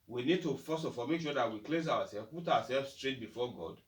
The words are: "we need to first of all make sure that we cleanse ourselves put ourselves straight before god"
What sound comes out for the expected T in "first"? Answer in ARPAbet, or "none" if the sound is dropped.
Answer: none